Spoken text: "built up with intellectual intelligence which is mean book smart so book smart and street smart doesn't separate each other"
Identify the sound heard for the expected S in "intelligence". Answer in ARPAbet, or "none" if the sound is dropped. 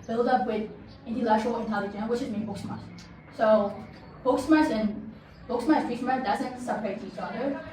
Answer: none